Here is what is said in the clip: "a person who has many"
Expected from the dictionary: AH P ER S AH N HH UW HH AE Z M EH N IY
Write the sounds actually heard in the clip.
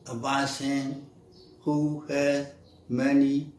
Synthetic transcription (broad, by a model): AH B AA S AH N HH UW HH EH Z M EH N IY